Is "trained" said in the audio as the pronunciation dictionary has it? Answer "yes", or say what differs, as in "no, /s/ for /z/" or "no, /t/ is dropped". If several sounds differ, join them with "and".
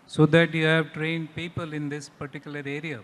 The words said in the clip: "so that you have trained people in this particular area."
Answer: yes